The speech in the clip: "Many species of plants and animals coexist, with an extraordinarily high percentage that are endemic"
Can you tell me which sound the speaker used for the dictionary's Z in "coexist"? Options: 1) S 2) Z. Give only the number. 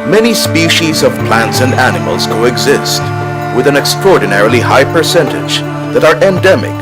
2